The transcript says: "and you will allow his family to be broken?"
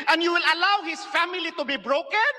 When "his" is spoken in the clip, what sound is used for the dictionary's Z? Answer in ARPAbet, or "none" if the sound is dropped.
S